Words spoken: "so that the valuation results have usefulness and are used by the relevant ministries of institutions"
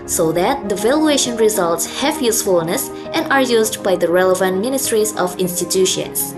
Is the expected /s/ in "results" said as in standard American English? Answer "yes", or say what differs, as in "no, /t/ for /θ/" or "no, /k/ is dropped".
yes